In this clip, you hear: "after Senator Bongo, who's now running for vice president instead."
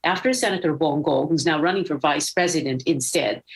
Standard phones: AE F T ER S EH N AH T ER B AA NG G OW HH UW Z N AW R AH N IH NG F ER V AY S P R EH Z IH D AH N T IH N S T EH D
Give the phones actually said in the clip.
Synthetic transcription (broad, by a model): AE F T ER S EH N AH T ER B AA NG G OW HH UW Z N AW R AH N IH NG F ER V AY S P R EH Z IH D AH N T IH N S T EH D